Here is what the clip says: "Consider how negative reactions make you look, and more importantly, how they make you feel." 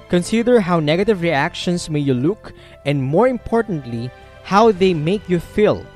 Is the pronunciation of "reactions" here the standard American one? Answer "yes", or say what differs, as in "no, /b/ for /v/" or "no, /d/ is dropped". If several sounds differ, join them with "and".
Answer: no, /s/ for /z/